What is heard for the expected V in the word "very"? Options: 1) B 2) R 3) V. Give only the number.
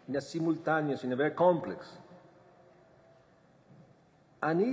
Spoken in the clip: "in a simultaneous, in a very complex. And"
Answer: 1